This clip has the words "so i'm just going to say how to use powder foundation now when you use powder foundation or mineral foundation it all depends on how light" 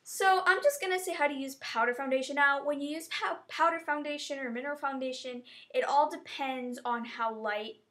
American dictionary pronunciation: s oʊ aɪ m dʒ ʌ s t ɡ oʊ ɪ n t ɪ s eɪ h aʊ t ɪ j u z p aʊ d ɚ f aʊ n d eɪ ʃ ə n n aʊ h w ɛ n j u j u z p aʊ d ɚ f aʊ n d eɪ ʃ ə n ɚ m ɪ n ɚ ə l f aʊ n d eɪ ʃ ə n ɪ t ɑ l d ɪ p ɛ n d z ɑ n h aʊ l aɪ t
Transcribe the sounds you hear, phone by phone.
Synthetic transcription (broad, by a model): s oʊ aɪ m dʒ ʌ s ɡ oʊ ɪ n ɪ s eɪ h aʊ t ɪ j u z p aʊ d ɚ f aʊ n d eɪ ʃ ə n n aʊ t w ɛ n j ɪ j u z p aʊ d ɚ f aʊ n d eɪ ʃ ə n ɚ m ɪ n ɚ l f aʊ n d eɪ ʃ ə n ɪ t ɑ l d ɪ p ɛ n d z n h aʊ l aɪ t